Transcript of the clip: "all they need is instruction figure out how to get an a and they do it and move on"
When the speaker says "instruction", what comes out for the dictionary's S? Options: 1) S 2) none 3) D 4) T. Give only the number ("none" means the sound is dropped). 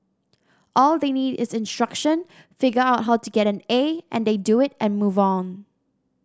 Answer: 1